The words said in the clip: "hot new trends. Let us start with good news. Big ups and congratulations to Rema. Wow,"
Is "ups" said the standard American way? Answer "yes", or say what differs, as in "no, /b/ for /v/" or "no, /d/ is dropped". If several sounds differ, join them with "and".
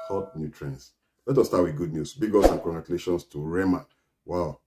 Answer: no, /p/ is dropped